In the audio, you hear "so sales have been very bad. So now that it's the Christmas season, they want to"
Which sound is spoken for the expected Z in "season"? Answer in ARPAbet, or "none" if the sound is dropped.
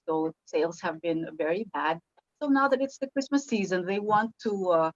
Z